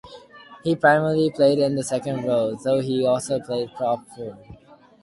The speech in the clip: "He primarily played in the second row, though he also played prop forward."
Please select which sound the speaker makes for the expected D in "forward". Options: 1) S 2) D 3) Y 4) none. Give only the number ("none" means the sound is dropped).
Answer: 4